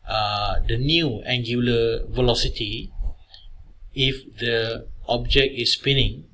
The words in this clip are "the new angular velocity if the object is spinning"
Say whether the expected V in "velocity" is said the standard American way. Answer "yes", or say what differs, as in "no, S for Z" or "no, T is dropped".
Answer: yes